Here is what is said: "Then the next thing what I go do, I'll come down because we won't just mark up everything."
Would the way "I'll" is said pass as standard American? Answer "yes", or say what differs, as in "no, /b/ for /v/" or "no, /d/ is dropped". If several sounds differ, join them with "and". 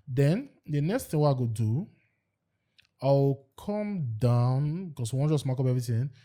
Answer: no, /w/ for /l/